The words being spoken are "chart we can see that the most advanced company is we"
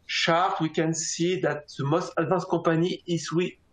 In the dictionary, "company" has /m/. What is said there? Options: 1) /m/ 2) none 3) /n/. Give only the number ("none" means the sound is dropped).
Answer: 2